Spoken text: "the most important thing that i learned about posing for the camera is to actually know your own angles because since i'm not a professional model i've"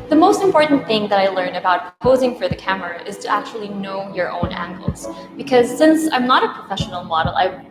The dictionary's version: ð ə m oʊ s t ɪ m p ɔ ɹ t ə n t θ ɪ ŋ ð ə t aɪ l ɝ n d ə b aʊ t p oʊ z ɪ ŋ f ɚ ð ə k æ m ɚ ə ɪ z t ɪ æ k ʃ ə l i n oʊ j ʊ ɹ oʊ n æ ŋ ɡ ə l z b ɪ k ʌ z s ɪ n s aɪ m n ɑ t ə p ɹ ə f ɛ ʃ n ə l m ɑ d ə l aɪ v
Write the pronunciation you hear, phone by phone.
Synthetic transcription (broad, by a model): ð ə m oʊ s t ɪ m p ɔ ɹ t n θ ɪ ŋ ð ə t aɪ l ɝ n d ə b aʊ t p oʊ z ɪ ŋ f ɚ ð ə k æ m ɚ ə ɪ z t ɪ æ k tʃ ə l i n oʊ j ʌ ɹ oʊ n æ ŋ ɡ l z b ɪ k ʌ z s ɪ n s aɪ m n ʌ t ə p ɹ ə f ɛ ʃ n l m ɑ d l aɪ